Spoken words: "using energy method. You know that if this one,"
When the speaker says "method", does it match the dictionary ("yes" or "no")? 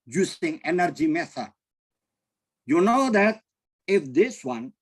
no